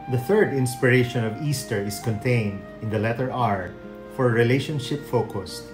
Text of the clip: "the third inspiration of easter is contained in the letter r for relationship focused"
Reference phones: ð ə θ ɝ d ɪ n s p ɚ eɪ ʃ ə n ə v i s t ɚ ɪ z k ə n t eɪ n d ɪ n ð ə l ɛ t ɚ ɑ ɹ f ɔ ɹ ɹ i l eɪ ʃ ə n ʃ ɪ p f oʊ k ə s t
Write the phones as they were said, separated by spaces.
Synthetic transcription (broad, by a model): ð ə θ ɝ d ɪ n s p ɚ eɪ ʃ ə n ə v i s t ɚ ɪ s k ə n t eɪ n d ɪ n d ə l ɛ t ɚ ɑ ɹ f ɔ ɹ ɹ i l eɪ ʃ ə n ʃ ɪ p f oʊ k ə s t